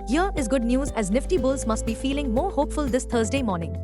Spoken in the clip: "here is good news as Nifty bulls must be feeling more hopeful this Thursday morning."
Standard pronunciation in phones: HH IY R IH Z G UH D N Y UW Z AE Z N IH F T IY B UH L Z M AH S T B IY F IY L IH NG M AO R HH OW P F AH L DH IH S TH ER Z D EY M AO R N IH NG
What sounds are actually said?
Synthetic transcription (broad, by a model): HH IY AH IH Z G UH D N Y UW Z AE Z N IH F T IY B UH L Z M AH S T B IY F IY L IH NG M AO R HH OW P F AH L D IH S T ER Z D EY M AO R N IH NG